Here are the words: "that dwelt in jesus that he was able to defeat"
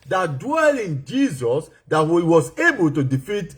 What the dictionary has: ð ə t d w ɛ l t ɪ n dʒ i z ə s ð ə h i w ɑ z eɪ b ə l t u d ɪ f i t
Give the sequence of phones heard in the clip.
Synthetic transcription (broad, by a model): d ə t d w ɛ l ɪ n dʒ i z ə s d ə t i w ɑ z eɪ b ə l t u d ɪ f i t